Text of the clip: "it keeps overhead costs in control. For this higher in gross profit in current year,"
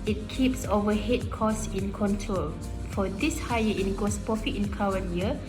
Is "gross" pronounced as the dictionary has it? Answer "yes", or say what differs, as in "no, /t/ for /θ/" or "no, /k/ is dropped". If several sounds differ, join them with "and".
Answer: no, /ɹ/ is dropped